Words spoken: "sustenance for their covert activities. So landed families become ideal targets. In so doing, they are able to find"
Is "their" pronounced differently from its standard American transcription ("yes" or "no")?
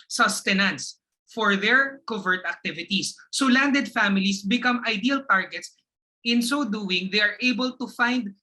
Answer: no